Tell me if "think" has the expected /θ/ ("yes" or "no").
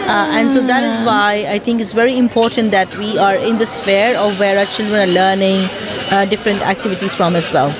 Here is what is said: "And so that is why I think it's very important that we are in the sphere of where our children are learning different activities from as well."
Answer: no